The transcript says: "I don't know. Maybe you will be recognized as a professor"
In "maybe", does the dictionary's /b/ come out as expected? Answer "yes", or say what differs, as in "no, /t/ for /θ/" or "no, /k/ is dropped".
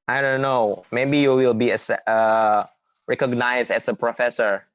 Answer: yes